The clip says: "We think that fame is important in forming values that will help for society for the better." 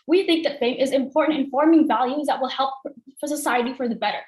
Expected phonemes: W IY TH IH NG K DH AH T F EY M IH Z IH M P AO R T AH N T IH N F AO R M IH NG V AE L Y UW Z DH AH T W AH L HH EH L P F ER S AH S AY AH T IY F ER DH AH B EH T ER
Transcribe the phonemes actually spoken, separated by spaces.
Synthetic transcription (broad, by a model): W IY TH IH NG K DH AH T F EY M IH Z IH M P AO R T N T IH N F AO R M IH NG V AE L Y UW Z DH AH T W AH L HH EH L P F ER S AH S AY AH T IY F ER DH AH B EH T ER